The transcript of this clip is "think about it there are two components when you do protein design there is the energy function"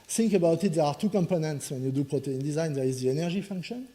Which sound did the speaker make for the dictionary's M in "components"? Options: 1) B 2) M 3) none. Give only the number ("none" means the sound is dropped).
2